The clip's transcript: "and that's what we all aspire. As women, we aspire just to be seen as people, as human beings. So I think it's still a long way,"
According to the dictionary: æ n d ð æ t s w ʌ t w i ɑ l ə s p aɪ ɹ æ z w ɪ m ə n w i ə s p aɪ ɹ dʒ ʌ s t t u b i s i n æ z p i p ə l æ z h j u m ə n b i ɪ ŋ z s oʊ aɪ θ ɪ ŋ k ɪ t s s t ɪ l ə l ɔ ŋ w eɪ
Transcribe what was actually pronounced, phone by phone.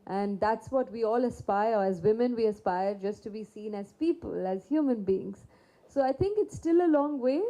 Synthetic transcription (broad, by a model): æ n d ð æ t s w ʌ t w i ɑ l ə s p aɪ ɹ æ z w ɪ m ə n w i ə s p aɪ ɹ dʒ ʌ s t t u b i s i n æ z p i p ə l æ z h j u m ə n b i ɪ ŋ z s oʊ aɪ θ ɪ ŋ k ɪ t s s t ɪ l ə l ɔ ŋ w eɪ